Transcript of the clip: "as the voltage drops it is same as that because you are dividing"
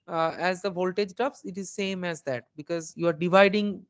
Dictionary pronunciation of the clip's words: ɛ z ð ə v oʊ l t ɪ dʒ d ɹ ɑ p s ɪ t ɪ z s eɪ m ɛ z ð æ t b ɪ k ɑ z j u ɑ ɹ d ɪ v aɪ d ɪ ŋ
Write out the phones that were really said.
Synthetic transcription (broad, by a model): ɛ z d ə v oʊ l t ɪ dʒ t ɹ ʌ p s ɪ t ɪ z s eɪ m ɛ z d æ t b ɪ k ɑ z j u ɑ ɹ d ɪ v aɪ d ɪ ŋ